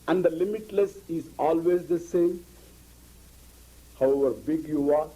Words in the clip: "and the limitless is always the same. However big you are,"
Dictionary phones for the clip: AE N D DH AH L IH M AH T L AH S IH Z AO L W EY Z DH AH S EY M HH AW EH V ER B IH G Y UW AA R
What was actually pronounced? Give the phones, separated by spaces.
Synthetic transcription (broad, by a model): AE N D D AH L IH M AH T L AH S IH Z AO L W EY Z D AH S EY M HH AW EH V ER B IH G Y UW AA R